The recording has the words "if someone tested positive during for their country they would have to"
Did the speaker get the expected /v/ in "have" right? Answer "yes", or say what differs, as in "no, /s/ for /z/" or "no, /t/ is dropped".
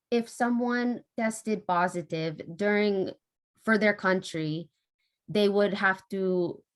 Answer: no, /f/ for /v/